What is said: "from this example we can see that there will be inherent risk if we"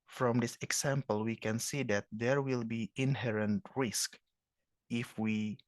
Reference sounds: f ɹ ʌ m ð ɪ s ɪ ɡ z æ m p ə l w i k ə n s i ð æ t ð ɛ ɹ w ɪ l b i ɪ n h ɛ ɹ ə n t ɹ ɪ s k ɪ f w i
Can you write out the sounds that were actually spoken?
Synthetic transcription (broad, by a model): f ɹ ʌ m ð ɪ s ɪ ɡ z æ m p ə l w i k ə n s i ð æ t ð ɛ ɹ w ɪ l b i ɪ n h ɛ ɹ ə n t ɹ ɪ s k ɪ f w i